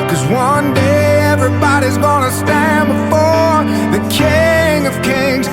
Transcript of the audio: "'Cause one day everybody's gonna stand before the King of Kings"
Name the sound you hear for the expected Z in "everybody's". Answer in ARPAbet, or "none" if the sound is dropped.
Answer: Z